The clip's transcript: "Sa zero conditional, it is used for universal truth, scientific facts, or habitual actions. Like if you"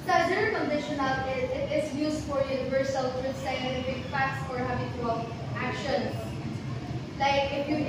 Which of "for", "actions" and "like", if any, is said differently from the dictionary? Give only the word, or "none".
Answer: actions